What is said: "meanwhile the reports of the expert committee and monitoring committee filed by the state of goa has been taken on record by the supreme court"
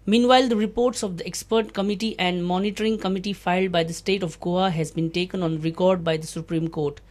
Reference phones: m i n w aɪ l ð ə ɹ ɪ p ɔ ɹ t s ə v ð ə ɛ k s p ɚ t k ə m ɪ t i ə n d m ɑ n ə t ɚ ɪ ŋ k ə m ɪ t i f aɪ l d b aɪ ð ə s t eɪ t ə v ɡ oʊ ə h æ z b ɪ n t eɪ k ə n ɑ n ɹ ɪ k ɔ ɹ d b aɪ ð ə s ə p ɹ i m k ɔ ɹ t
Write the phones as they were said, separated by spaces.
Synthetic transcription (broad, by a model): m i n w aɪ l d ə ɹ ɪ p ɔ ɹ t s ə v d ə ɛ k s p ɚ t k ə m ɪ t i ə n d m ɑ n ə t ɚ ɪ ŋ k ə m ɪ t i f aɪ l d b aɪ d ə s t eɪ t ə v ɡ oʊ ə h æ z b ɪ n t eɪ k ə n ɑ n ɹ ɪ k ɔ ɹ d b aɪ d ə s ə p ɹ i m k ɔ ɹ t